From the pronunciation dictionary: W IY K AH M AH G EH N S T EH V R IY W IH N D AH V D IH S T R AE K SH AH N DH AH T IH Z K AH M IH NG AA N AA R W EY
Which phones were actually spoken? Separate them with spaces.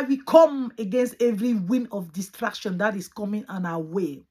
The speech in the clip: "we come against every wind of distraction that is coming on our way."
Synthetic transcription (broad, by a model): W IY K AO M AH G EH N S T EH V R IY W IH N AH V D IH S T R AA K SH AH N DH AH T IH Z K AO M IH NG AA N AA W EY